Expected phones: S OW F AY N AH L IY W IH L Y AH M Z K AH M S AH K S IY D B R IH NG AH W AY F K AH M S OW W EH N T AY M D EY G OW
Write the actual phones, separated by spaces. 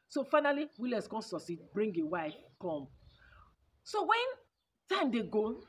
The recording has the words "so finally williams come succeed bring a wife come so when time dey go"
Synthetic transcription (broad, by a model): S OW F AY N AH L IY W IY L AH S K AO S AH S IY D B R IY NG AH W AY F K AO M S OW W EH N T AY M D EY G OW